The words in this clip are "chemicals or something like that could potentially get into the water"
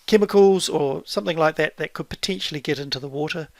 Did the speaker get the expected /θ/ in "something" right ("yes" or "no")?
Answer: yes